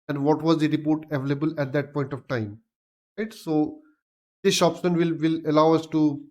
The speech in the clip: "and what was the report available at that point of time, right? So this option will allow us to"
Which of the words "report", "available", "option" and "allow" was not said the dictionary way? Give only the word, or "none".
option